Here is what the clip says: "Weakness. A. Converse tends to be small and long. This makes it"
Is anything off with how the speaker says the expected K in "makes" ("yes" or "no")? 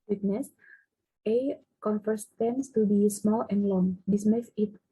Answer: yes